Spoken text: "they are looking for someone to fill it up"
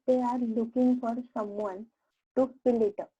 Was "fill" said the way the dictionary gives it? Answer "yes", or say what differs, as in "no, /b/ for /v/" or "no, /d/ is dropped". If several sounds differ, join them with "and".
no, /p/ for /f/